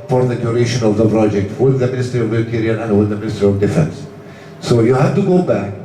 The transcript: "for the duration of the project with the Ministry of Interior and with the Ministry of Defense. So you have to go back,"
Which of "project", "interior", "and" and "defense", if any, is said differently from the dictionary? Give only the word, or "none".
interior